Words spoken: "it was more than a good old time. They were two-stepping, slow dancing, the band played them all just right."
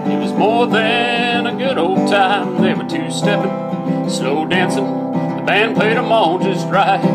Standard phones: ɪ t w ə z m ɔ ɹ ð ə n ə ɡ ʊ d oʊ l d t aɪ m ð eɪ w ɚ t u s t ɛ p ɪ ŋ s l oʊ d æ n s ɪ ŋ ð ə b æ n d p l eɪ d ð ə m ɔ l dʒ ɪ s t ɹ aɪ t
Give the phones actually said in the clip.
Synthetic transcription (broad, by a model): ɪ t w ə z m ɔ ɹ ð ə n ə ɡ ʊ d oʊ l d t aɪ m ð eɪ w ɚ t u s t ɛ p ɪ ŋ s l oʊ d æ n s ɪ ŋ ð ə b æ n p l eɪ d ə m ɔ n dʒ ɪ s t ɹ aɪ